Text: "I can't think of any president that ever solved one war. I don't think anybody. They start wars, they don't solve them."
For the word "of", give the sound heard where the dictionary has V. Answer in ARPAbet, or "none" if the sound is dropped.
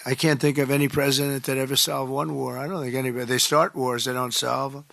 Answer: V